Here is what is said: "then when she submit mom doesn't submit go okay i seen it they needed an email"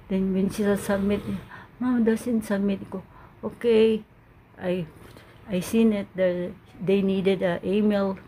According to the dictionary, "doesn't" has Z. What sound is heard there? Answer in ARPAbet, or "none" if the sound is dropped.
S